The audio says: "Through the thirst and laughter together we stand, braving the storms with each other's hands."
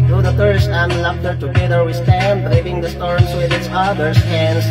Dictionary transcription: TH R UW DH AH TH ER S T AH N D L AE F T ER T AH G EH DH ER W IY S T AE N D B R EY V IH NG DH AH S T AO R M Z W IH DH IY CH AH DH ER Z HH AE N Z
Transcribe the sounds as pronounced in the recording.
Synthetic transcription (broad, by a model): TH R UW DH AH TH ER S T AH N L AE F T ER T AH G EH DH ER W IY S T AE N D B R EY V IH NG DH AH S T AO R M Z W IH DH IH S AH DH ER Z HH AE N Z